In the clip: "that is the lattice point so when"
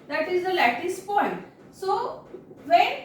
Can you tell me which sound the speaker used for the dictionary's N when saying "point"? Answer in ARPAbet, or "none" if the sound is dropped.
N